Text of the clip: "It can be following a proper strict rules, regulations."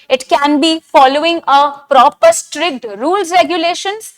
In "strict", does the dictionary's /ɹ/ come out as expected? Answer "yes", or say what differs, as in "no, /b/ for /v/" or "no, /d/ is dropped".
yes